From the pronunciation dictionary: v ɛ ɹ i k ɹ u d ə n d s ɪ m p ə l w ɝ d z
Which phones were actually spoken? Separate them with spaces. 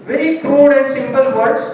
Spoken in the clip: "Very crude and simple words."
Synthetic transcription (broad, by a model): v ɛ ɹ i k ɹ u d ə n d s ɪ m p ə l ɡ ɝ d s